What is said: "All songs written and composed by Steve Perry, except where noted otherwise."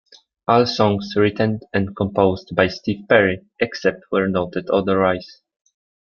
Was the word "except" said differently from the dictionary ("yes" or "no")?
no